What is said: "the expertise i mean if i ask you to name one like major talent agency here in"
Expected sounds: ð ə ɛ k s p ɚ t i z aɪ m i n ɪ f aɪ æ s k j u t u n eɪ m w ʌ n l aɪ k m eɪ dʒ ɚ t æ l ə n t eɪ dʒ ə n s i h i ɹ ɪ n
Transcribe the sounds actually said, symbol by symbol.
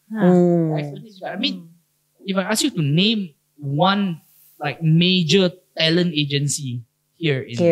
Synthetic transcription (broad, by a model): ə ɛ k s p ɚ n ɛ aɪ m i n ɪ f aɪ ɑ s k j u t u n eɪ m w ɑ n l aɪ k m eɪ dʒ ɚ t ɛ l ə n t eɪ dʒ ə n s i h i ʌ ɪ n